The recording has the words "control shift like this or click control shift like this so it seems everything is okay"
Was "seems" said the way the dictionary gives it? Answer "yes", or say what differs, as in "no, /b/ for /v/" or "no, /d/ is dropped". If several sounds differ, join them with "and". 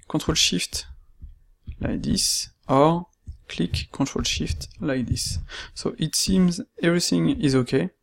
yes